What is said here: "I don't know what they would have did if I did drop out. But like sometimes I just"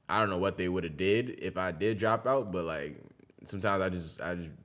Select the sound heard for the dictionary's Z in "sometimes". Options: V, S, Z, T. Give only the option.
Z